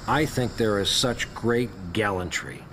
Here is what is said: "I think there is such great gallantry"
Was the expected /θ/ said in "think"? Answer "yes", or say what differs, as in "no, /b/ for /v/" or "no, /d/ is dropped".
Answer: yes